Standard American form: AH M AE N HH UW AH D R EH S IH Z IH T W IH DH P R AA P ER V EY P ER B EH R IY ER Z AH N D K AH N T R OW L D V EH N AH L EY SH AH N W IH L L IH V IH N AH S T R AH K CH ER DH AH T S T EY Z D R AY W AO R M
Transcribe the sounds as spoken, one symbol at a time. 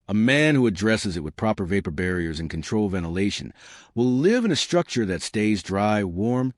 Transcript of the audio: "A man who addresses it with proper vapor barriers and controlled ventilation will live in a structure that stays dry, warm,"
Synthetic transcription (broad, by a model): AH M AE N HH UW AH D R EH S IH Z IH T W IH DH P R AA P ER V EY P ER B EH R IY ER Z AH N K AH N T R OW L V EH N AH L EY SH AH N W IH L L IH V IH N AH S T R AH K CH ER DH AH T S T EY Z D R AY W AO R M